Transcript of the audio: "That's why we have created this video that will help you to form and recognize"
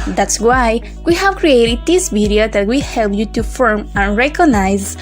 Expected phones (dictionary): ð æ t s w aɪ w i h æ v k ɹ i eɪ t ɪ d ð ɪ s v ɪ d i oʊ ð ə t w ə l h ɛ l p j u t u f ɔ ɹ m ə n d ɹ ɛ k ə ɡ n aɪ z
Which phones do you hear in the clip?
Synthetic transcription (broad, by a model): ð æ t s w aɪ w i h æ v k ɹ i eɪ t ɪ d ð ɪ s p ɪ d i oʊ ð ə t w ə h ɛ l p j u t u f ɔ ɹ m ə n ɹ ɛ k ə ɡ n aɪ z